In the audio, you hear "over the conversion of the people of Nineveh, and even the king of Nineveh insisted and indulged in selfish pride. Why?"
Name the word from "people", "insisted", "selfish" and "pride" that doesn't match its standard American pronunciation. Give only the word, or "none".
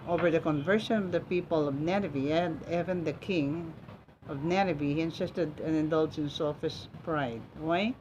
selfish